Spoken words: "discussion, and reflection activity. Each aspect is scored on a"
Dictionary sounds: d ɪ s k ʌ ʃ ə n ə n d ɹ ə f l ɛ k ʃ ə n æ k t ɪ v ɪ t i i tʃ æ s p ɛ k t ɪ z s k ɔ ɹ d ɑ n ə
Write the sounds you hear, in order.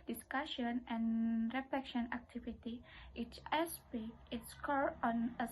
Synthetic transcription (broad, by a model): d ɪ s k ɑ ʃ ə n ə n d ɹ ə f l ɛ k ʃ ə n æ k t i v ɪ t i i s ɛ s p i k ɪ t s k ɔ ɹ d ɑ n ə